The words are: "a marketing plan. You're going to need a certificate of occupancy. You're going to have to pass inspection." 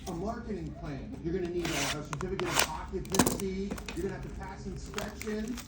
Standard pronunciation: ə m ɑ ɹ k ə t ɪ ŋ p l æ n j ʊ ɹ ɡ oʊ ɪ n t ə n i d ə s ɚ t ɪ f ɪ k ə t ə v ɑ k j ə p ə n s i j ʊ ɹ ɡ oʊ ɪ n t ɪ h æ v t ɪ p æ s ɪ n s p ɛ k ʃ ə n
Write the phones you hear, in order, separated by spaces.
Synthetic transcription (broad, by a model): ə m ɑ ɹ k ə t ɪ ŋ p l æ n j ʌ ɹ ɡ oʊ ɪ n t ə l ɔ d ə s ɚ t ɪ f ɪ k ə t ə p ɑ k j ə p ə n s i j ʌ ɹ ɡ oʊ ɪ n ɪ h æ v t ɪ p æ s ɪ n s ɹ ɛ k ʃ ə n